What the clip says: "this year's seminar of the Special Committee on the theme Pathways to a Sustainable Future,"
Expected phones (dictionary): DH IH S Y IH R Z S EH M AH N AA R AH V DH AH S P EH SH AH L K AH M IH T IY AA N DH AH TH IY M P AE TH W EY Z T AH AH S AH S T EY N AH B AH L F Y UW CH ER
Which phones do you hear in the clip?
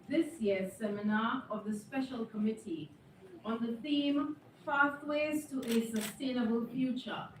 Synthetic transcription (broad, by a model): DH IH S Y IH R S EH M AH N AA AH V DH AH S P EH SH AH L K AH M IH T IY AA N DH AH TH IY M F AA T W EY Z T AH AH S AH S T EY N AH B AH L F Y UW CH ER